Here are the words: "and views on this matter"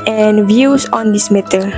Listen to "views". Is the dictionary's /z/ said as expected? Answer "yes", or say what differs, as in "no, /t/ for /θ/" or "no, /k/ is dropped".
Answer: no, /s/ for /z/